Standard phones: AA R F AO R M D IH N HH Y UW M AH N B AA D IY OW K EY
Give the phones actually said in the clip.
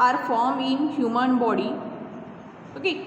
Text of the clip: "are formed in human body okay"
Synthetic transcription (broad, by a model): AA R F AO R M IH N HH Y UW M AH N B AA D IY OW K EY